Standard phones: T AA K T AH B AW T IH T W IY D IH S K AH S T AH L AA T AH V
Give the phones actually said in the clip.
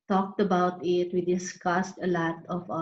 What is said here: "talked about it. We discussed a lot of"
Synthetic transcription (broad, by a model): T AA K T AH B AW T IH T W IY D IH S K AH S T AH L AA T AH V